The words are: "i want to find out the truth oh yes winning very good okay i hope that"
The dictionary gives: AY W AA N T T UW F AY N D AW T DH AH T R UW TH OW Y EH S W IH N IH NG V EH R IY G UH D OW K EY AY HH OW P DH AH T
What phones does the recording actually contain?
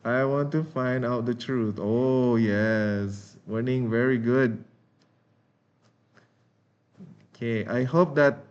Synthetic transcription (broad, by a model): AY W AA N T T UW F AY N D AW T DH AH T R UW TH OW Y EH S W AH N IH NG V EH R IY G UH D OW K EY AY HH OW P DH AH T